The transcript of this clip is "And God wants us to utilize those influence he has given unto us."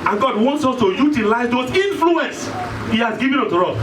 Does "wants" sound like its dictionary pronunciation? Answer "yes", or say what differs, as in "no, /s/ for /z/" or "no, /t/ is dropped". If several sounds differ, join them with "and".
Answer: yes